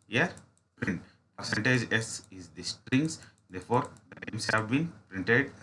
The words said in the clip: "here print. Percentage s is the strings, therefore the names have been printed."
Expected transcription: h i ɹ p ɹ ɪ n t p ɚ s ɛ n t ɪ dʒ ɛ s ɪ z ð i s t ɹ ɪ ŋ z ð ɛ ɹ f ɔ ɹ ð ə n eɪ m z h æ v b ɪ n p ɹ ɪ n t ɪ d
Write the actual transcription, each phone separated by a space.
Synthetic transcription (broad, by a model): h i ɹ p ɹ ɪ n t p ɚ s ɛ n t ɪ dʒ ɛ s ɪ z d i s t ɹ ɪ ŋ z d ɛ ɹ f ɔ ɹ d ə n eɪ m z h æ v b ɪ n p ɹ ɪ n t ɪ d